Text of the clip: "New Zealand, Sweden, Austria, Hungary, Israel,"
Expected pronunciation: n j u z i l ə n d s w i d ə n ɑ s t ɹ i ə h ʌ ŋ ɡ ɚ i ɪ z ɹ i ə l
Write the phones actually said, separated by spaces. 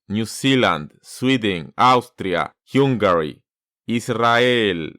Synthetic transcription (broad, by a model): n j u s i l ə n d s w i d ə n ɑ s t ɹ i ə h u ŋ ɡ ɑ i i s ɹ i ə l